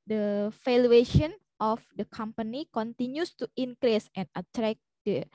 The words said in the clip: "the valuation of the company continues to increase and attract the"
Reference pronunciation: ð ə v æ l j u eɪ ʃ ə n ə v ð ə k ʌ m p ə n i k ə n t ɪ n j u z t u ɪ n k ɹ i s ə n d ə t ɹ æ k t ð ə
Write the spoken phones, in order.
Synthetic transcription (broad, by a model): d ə f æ l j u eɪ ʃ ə n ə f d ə k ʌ m p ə n i k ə n t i n j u s t u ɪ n k ɹ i s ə n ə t ɹ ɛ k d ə